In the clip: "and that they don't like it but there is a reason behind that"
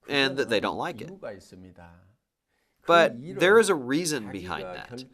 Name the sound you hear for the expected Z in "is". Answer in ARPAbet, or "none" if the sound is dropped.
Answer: Z